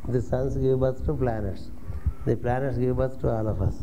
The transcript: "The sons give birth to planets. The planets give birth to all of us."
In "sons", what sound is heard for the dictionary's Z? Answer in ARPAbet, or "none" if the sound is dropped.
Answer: S